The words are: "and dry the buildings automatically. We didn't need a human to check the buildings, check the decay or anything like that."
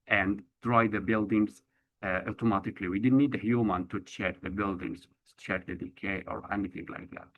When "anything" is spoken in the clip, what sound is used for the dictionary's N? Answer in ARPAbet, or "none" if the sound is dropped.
N